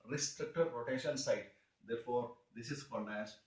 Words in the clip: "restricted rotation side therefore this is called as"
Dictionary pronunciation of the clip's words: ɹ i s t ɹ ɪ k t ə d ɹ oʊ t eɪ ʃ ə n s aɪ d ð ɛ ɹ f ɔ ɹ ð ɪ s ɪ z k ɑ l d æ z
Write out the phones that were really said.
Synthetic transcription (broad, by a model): ɹ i s t ɹ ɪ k t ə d ɹ oʊ t eɪ ʃ ə n s aɪ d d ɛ ɹ f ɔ ɹ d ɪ s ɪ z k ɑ n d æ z